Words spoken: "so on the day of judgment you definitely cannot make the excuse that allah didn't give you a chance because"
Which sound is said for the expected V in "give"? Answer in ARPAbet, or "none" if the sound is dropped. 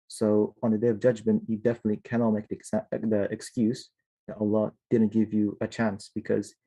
V